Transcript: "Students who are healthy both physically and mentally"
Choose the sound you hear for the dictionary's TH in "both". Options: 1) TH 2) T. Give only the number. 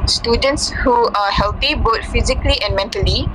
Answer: 2